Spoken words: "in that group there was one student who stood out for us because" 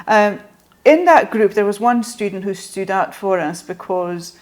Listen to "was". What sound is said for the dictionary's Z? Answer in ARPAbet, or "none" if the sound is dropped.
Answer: Z